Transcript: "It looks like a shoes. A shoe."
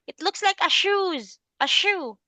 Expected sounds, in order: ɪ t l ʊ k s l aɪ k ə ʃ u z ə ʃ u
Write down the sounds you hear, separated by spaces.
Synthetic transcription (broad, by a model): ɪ t l ʊ k s l aɪ k ə ʃ u z ə ʃ u